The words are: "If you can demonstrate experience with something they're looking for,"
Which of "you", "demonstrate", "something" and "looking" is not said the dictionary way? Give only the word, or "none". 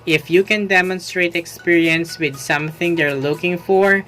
none